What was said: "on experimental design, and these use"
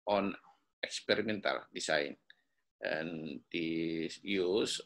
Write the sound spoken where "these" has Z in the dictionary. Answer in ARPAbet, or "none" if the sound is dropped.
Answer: none